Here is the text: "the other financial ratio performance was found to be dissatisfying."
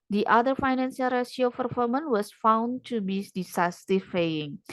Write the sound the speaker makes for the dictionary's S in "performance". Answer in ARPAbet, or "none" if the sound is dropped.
none